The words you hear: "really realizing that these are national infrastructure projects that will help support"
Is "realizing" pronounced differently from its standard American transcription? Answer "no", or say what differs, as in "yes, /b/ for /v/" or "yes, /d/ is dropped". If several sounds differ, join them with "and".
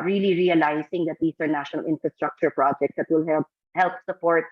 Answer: yes, /s/ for /z/